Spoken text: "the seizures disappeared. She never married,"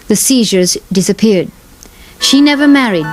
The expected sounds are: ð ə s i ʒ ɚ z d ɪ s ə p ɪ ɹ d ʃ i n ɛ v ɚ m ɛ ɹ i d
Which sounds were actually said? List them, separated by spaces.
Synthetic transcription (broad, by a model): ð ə s i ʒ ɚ z d ɪ s ə p ɪ ɹ d ʃ i n ɛ v ɚ m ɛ ɹ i d